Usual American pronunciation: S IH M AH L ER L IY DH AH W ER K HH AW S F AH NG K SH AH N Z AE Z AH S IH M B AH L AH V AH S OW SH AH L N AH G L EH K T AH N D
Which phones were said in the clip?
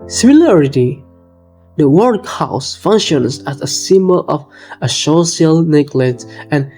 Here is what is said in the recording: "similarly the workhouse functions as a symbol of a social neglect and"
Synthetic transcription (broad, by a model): S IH M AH L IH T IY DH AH W ER K HH AW S F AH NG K SH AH N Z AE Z AH S IH M B AH L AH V AH SH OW S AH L N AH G L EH T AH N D